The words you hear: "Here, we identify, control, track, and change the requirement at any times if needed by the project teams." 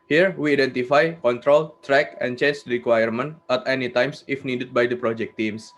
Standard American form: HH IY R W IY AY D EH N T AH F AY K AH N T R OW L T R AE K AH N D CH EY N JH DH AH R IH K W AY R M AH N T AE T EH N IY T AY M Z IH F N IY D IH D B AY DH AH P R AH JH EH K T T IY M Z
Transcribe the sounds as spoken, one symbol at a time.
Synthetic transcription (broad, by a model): HH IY R W IY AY D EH N T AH F AY K AH N T R OW L T R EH K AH N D CH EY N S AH R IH K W AY R M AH N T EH T EH N IY T AY M S IH F N IY D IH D B AY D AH P R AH JH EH K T T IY M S